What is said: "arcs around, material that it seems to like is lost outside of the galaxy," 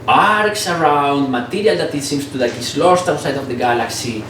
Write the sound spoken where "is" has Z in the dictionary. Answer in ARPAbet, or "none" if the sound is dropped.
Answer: S